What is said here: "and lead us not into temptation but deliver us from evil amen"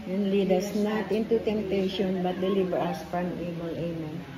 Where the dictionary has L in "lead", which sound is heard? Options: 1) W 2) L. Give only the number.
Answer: 2